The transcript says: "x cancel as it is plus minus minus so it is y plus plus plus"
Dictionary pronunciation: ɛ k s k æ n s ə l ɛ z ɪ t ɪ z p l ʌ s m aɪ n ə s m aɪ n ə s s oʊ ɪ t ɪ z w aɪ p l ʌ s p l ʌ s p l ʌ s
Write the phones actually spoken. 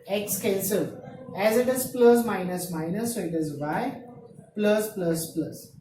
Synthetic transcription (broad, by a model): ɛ k s k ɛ l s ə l ɛ z ɪ t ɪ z p l ʌ s m aɪ n ə s m aɪ n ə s s oʊ ɪ t ɪ z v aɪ p l ʌ s p l ʌ s p l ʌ s